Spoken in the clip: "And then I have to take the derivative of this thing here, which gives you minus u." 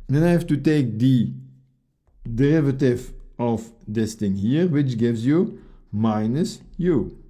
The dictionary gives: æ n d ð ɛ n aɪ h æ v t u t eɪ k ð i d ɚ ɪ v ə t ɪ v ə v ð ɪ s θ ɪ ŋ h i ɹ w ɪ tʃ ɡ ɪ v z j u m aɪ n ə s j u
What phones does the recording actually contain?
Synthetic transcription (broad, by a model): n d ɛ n aɪ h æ f t u t eɪ k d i d ɚ ɪ v ə t ɪ v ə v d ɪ s t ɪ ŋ h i ɹ w ɪ tʃ ɡ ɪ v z j u m aɪ n ə s j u